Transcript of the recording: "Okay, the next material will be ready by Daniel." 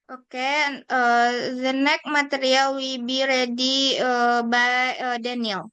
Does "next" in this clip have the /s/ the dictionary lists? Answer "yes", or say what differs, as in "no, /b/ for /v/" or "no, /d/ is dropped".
no, /s/ is dropped